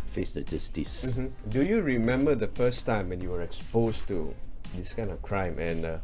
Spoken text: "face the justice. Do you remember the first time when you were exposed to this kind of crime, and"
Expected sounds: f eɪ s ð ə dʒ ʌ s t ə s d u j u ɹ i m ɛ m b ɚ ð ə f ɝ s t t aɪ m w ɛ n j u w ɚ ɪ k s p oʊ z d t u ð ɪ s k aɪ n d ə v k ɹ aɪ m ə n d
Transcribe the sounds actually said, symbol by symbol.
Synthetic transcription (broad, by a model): f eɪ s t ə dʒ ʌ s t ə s d u j u ɹ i m ɛ m b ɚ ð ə f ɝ s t t aɪ m w ɛ n j u w ɚ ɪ k s p oʊ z t u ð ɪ s k aɪ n ə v k ɹ aɪ m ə n